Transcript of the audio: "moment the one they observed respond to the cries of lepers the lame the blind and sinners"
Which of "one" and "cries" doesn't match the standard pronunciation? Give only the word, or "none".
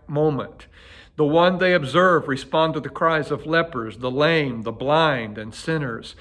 none